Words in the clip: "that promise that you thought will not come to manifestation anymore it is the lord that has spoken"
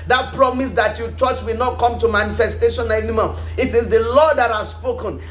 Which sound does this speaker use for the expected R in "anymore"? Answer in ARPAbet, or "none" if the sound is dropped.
L